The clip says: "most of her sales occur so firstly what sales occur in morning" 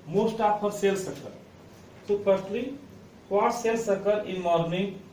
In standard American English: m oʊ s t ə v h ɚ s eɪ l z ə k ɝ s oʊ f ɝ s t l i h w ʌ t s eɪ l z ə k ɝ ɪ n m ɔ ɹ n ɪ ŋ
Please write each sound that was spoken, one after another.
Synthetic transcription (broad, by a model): m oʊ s t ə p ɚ s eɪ l s ə k ɝ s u p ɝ t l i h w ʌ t s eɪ l s ə k ɝ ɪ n m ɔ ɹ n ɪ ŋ